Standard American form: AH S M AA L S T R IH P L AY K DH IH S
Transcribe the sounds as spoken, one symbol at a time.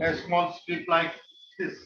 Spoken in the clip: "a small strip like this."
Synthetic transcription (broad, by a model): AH S M AA L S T IH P L AY K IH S